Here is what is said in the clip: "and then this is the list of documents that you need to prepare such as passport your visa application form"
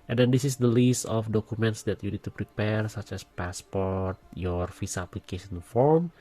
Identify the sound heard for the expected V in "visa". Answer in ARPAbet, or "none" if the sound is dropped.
F